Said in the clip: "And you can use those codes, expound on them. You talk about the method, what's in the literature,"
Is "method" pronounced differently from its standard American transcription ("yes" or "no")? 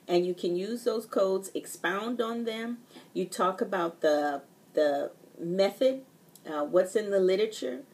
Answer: no